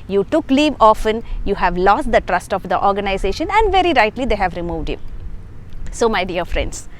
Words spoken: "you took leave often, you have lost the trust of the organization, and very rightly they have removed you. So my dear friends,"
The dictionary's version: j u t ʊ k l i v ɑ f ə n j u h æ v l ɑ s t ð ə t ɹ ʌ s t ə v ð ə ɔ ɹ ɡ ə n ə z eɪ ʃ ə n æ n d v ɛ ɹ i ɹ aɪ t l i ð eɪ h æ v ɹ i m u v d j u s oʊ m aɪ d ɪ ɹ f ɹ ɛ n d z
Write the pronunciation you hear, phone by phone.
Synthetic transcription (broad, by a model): j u t ʊ k l i v ɑ f ə n j u h æ v l ɑ s t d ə t ɹ ʌ s t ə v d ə ɔ ɹ ɡ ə n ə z eɪ ʃ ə n æ n d v ɛ ɹ i ɹ aɪ t l i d eɪ h æ v ɹ i m u v d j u s oʊ m aɪ d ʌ ɹ f ɹ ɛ n d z